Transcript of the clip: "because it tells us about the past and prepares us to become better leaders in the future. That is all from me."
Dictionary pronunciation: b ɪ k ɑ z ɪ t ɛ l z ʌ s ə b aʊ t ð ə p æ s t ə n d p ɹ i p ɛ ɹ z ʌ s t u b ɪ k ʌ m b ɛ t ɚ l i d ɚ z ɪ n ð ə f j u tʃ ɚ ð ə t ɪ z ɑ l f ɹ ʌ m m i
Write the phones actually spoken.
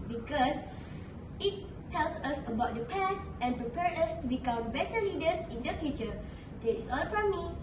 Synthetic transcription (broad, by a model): b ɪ k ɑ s ɪ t ɛ l s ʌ s ə b aʊ t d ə p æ s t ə n p ɹ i p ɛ ɹ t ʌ s t u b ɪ k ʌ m b ɛ t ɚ l i d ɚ s ɪ n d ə f j u tʃ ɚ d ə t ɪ s ɑ l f ɹ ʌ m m i